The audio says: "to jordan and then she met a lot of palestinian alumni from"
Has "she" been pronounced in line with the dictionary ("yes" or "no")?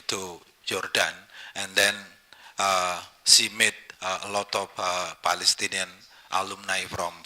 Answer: no